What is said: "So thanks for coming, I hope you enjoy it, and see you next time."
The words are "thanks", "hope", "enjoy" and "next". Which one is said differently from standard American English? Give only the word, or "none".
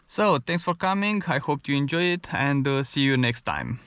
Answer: thanks